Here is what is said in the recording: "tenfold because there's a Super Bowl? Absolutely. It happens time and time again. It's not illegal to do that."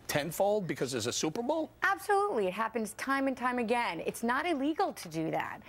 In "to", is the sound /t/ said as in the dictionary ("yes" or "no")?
yes